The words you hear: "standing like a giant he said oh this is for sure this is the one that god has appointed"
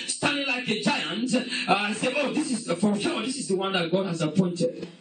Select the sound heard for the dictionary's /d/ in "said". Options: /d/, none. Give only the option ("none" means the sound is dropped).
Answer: none